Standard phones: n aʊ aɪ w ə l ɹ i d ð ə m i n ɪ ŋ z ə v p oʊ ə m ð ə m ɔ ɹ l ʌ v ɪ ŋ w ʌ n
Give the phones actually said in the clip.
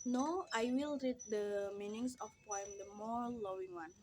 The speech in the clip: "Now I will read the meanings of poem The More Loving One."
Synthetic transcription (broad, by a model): n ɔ aɪ w ə l ɹ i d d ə m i n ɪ ŋ s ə f p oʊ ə m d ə m ɔ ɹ l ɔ w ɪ ŋ w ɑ n